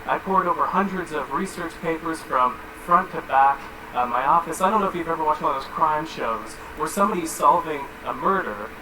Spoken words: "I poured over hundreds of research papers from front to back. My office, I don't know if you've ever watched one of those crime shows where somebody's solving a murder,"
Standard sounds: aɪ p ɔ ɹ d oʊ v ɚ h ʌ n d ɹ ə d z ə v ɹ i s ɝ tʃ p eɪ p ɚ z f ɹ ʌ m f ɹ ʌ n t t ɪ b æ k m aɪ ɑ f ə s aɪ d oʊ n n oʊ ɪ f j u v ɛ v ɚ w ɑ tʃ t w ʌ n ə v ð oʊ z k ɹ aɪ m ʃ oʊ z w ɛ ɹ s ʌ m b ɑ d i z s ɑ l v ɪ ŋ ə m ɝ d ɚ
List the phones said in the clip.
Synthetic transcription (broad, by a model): aɪ p ɔ ɹ d oʊ v ɚ h ʌ n d ɹ ə d z ə v ɹ i s ɝ tʃ p eɪ p ɚ z f ɹ ʌ m f ɹ ʌ n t t ɪ b æ k m aɪ ɑ f ə s aɪ d oʊ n n oʊ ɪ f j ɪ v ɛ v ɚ w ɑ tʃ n ð oʊ z k ɹ aɪ m ʃ oʊ z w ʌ ɹ s ʌ m b ɑ d i z s ɑ l v ɪ ŋ ə m ɝ d ɚ